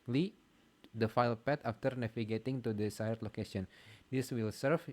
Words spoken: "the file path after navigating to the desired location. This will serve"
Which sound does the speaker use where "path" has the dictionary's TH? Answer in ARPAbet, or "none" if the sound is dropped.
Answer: T